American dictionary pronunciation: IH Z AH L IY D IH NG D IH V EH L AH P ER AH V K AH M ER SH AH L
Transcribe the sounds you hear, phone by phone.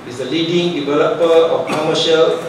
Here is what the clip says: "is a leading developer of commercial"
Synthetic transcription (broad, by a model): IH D AH L IY D IH NG D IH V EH L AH P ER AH F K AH M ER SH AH L